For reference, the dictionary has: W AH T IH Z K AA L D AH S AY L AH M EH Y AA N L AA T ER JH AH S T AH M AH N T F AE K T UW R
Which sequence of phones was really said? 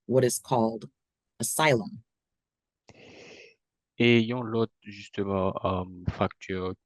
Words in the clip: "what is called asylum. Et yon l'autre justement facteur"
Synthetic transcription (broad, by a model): W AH T IH Z K AA L D AH S AY L AH M EH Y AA L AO T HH ZH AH S T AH M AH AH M F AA K T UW R